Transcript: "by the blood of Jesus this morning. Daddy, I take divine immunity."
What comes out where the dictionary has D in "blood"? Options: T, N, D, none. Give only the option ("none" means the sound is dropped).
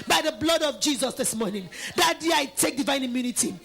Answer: D